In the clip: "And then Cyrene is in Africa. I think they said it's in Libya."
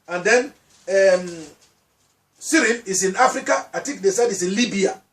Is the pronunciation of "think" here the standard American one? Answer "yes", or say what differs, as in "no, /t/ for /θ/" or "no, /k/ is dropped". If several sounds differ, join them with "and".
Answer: no, /t/ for /θ/